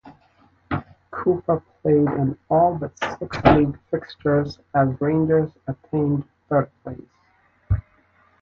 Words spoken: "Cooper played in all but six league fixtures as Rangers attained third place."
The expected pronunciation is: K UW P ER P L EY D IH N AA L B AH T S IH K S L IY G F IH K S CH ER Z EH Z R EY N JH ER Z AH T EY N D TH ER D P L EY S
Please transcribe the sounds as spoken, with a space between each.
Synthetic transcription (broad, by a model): K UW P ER P L EY D IH N AA L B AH T S IH K S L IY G F IH K S CH ER Z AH Z R EY N JH ER Z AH T EY N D TH ER D P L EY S